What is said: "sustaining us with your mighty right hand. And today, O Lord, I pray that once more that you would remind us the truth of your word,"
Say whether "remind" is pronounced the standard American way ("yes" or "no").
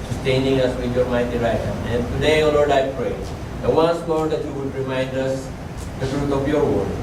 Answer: yes